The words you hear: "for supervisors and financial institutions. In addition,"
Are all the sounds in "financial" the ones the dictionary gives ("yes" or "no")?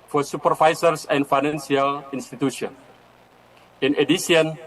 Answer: no